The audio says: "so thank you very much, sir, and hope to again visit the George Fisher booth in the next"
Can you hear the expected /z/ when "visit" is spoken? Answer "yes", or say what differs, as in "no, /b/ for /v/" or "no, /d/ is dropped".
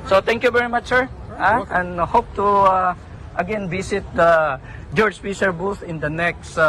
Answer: no, /s/ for /z/